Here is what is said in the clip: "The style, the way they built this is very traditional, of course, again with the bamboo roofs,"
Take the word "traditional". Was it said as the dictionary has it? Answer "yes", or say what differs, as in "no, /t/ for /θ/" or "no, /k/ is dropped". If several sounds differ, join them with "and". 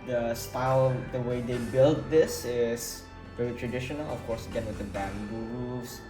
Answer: yes